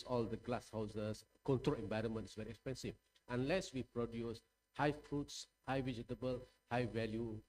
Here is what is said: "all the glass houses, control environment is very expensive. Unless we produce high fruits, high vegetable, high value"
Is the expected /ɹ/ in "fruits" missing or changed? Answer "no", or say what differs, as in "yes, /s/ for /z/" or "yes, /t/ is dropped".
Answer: no